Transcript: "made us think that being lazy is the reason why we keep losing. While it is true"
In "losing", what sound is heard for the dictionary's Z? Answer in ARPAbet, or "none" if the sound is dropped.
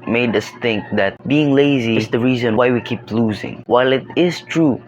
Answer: Z